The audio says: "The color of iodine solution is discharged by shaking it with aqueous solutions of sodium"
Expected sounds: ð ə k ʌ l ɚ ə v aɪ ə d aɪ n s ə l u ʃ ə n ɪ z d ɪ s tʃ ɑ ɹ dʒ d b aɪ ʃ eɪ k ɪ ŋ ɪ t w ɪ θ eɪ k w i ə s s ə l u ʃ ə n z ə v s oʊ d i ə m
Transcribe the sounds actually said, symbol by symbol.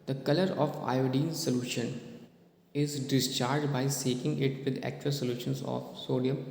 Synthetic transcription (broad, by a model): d ə k ʌ l ɚ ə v aɪ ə d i n s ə l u ʃ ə n ɪ z d ɪ s tʃ ɑ ɹ dʒ d b aɪ s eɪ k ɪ ŋ ɪ t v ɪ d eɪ k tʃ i ə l s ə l u ʃ ə n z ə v s oʊ d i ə m